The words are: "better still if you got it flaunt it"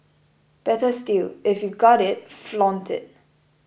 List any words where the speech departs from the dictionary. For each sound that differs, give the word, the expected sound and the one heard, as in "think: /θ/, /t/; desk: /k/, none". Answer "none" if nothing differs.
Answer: none